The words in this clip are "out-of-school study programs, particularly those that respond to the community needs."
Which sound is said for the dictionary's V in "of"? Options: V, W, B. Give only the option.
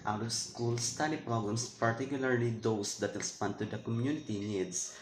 W